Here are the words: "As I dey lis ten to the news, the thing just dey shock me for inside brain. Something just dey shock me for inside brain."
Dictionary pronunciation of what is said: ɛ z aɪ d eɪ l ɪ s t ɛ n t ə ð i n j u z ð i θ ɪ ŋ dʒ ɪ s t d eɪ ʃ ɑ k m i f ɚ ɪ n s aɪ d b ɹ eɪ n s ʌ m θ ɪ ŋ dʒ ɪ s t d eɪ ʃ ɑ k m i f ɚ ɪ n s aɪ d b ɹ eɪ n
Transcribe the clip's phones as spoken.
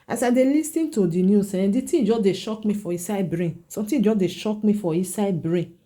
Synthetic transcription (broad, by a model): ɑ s aɪ d eɪ l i s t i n t ə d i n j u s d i t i dʒ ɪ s d eɪ ʃ ɑ k m i f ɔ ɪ s aɪ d b ɹ eɪ n s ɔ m t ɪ dʒ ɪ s d eɪ ʃ ɑ k m i f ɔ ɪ s aɪ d b ɹ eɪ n